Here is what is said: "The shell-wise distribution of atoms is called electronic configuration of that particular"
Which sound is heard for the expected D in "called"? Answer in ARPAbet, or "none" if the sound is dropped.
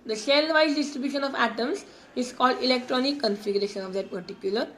D